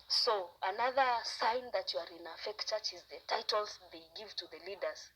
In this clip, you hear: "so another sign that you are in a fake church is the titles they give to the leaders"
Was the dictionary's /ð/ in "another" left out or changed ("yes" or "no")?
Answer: no